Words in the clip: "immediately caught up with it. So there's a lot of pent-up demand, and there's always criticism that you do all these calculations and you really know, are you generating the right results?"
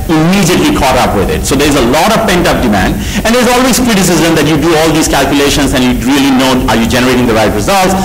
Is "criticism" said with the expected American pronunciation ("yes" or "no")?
yes